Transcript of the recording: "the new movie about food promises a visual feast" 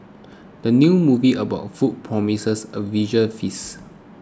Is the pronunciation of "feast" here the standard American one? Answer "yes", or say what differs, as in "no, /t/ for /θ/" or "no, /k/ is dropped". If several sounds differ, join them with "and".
no, /t/ is dropped